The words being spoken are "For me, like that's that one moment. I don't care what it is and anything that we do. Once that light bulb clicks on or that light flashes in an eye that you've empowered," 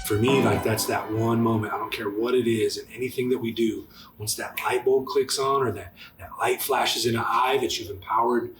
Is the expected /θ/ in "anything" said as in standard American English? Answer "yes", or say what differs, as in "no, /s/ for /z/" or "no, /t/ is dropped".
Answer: yes